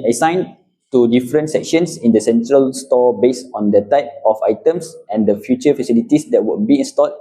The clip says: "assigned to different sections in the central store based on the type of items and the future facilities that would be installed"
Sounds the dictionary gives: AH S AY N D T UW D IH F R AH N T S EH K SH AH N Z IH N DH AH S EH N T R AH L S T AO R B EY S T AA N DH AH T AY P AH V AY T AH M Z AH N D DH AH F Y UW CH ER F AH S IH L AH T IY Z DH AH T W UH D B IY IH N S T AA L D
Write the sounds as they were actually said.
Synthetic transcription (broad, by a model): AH S AY N T UW D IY F R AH N T S EH K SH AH N S IH N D AH S EH N T R AH L S T AO B EY S AA N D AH T AY P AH F AY T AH M S AH N D AH F Y UW CH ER F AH S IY L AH T IY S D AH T W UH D B IY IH N S T AA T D